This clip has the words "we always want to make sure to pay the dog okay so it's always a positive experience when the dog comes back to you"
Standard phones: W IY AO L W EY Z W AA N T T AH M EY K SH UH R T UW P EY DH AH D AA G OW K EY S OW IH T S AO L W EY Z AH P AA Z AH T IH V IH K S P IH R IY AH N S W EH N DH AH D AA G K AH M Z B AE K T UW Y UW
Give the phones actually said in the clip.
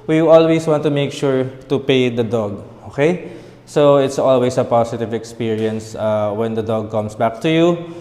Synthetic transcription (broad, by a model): W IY AO L W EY S W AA N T T AH M EY K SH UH R T UW P EY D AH D AA G OW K EY S OW IH T S AO L W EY S AH P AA S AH T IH V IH K S P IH R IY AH N S W EH N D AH D AA G K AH M S B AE K T UW Y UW